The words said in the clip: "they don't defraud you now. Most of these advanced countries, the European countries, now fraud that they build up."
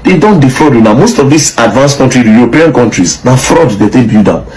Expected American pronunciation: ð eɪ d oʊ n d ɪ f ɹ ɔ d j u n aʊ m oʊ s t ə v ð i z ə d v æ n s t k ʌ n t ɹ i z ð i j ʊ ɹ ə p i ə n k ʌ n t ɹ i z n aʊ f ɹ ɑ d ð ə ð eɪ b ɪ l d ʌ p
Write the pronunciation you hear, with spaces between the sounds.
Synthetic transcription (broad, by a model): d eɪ d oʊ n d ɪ f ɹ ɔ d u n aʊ m oʊ s t ə v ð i s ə d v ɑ n s k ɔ n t ɹ i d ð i j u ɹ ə p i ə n k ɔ n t ɹ i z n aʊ f ɹ ɑ d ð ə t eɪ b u d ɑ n